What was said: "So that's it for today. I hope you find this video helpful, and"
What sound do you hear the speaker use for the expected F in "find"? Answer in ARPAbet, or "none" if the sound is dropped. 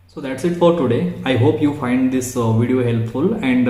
F